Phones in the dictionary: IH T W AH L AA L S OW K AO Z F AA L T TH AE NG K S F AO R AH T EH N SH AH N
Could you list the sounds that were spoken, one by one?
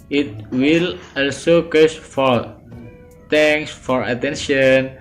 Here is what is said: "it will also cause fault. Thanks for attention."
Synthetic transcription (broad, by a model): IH T W AH L AA L S OW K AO S F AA T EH NG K S F AO R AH T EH N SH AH N